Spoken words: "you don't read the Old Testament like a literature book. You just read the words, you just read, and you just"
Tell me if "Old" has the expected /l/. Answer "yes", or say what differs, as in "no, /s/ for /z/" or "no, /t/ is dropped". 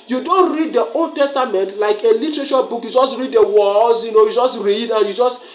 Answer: yes